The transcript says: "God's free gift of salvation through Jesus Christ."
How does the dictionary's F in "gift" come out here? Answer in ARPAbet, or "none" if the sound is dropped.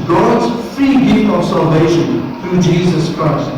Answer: none